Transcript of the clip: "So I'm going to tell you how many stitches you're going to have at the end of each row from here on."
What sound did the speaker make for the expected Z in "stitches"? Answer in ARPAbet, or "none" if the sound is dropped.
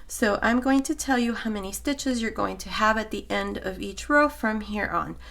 Z